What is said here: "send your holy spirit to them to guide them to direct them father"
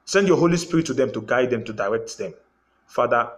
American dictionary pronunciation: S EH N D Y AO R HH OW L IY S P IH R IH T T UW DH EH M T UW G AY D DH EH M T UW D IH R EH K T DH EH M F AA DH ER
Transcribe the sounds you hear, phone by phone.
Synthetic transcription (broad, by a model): S EH N D Y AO HH OW L IY S P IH R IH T T UW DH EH M T UW G AY D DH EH M T UW D IH R EH K T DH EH M F AA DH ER